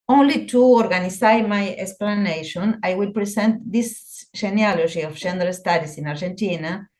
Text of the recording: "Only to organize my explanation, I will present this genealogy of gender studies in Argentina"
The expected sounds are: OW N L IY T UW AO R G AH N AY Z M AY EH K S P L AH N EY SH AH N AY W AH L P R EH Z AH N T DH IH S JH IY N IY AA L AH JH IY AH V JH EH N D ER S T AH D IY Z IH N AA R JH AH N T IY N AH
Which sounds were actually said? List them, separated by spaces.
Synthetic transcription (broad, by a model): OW N L IY T UW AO R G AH N AY M AY EH K S P L AH N EY SH AH N AY W AH L P R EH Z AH N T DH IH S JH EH N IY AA L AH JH IY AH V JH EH N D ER S T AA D IY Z IH N AA R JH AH N T IY N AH